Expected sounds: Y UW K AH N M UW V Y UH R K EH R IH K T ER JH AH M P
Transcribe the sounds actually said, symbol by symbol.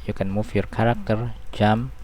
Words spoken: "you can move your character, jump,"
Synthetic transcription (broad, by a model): Y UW K AH N M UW F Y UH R K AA R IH K T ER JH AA M